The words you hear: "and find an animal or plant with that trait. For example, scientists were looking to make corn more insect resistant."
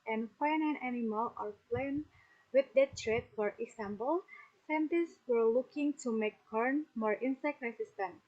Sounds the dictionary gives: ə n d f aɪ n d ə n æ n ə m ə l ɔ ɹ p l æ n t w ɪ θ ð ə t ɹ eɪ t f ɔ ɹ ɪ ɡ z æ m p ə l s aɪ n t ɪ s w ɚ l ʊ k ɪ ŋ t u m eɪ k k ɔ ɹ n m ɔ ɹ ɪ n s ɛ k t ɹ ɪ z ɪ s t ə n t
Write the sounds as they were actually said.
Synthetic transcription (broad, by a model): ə n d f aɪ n ə n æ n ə m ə l ɔ ɹ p l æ n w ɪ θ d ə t ɹ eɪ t f ɔ ɹ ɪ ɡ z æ m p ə l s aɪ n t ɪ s w ɚ l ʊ k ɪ ŋ t u m eɪ k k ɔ ɹ n m ɔ ɹ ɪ n s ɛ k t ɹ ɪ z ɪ s t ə n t